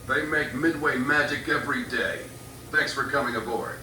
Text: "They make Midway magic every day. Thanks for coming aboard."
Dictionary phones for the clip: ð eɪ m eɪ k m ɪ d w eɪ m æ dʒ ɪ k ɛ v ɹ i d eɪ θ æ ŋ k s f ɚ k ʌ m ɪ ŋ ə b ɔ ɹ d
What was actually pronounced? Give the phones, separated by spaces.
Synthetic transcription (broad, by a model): ð eɪ m eɪ k m ɪ d w eɪ m æ dʒ ɪ k ɛ v ɹ i d eɪ θ æ ŋ k s f ɚ k ʌ m ɪ ŋ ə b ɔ ɹ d